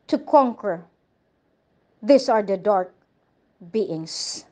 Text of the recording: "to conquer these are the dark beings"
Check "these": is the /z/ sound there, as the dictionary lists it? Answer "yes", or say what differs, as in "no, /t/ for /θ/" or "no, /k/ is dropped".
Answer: no, /s/ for /z/